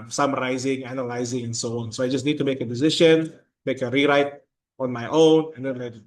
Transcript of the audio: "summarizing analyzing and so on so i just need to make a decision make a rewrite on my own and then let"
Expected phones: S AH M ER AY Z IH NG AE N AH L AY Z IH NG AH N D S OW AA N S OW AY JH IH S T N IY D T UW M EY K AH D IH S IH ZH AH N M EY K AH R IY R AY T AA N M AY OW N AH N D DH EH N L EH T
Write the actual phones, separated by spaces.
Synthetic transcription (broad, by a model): S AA M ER AY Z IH NG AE N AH L AY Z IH NG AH N S OW AA N S OW AY JH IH S N IY D T UW M EY K AH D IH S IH SH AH N M EY K AH R IY R AY T AA N M AY OW N AH N D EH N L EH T